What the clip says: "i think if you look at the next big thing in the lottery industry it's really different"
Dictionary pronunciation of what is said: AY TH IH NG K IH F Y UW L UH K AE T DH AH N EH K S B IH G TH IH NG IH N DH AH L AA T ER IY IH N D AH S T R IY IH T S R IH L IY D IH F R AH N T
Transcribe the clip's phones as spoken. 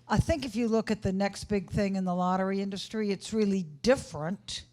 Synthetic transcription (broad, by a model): AY TH IH NG K IH F Y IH L UH K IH T DH AH N EH K S B IH G TH IH NG IH N DH AH L AA T ER IY IH N D AH S T R IY IH T S R IH L IY D IH F R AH N T